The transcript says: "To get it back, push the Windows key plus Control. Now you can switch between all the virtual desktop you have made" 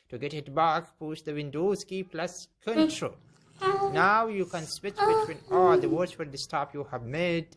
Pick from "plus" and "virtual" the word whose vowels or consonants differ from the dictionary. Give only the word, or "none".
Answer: virtual